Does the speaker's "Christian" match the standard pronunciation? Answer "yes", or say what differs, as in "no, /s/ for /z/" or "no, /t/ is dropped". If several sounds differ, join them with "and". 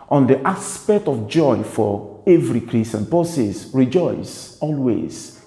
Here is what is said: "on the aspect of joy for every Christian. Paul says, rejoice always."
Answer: no, /tʃ/ is dropped